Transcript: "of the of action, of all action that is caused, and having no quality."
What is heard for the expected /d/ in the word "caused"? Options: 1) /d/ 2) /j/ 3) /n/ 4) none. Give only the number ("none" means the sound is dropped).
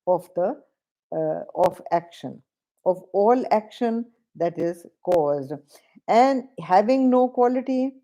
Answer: 1